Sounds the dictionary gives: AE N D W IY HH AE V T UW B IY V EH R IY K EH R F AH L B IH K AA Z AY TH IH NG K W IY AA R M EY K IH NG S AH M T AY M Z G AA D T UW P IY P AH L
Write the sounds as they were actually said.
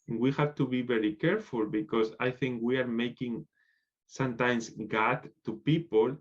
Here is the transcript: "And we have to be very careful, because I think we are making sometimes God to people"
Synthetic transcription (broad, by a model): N W IY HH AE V T UW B IY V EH R IY K EH R F AH L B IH K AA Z AY TH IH NG K W IY AA R M EY K IH NG S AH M T AY M S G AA T UW P IY P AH L